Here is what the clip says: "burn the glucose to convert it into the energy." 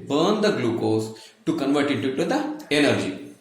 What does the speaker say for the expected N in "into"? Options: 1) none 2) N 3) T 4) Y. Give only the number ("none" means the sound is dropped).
1